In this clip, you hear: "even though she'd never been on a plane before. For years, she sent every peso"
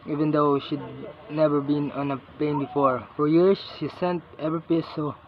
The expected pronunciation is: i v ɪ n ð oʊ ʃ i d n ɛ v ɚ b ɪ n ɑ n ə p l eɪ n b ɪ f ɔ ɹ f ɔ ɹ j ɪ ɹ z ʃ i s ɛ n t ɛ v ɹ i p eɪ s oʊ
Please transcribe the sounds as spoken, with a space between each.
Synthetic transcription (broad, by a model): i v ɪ n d oʊ ʃ i d n ɛ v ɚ b ɪ n ɑ n ə p eɪ n b ɪ f ɔ ɹ f ɔ ɹ j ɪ ɹ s ʃ i s ɛ n t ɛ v ɹ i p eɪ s oʊ